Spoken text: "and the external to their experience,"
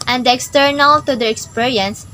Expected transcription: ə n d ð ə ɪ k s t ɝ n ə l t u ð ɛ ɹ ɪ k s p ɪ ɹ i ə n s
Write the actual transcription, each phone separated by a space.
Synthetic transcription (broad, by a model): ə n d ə ɪ k s t ɝ n ə l t u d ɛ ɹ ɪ k s p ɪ ɹ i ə n s